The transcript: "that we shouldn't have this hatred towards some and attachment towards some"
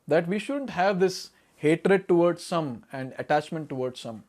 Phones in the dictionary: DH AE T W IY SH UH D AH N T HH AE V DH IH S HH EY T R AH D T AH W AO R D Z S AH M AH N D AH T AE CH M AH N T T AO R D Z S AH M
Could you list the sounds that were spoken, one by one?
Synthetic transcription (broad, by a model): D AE T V IY SH UH D AH N T HH AE V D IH S HH EY T R AH D T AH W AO R D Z S AH M AH N D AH T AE CH M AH N T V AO R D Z S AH M